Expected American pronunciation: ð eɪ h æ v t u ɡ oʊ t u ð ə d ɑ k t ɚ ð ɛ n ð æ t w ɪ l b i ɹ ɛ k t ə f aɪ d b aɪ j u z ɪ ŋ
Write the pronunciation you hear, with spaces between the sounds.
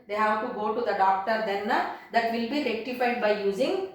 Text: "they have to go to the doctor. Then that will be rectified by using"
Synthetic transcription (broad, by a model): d eɪ h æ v t u ɡ oʊ t u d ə d ɑ k t ɚ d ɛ n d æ t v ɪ l b i ɹ ɛ k t ə f aɪ d b aɪ j u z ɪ ŋ